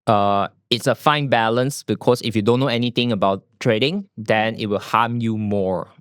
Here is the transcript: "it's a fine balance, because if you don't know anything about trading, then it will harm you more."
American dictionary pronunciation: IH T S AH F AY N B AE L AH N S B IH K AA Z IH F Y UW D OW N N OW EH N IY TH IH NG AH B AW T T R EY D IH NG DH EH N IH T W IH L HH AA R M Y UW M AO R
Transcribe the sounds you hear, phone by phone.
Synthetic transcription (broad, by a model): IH T S AH F AY N B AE L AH N S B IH K AA S IH F Y UW D OW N N OW EH N IY T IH NG AH B AW T T R EY D IH NG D EH N IH T W IH L HH AA M Y UW M AO R